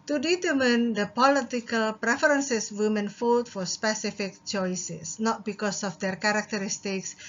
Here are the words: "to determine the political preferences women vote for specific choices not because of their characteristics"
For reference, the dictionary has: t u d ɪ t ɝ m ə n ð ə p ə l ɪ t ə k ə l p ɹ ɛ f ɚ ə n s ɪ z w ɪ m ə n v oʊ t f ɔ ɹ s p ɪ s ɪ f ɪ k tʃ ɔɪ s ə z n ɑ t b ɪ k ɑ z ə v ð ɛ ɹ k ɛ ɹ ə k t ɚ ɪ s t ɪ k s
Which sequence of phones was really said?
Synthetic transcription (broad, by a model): t u d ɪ t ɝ m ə n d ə p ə l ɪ t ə k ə l p ɹ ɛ f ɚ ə n s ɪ s w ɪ m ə n f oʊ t f ɔ ɹ s p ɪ s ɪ f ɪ k tʃ ɔɪ s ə s n ɑ t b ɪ k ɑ s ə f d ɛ ɹ k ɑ ɹ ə k t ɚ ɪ s t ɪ k s